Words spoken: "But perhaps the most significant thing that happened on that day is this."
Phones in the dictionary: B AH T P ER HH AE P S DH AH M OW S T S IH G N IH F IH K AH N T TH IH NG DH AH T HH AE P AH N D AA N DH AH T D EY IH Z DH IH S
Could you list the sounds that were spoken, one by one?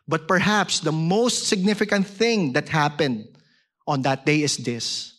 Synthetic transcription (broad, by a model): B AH T P ER HH AE P S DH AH M OW S T S IH G N IH F IH K AH N T TH IH NG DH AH T HH AE P AH N D AA N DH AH T D EY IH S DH IH S